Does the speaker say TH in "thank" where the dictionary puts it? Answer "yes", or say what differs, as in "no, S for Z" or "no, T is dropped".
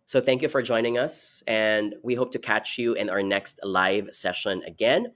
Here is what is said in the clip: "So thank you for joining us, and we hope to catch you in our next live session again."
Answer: yes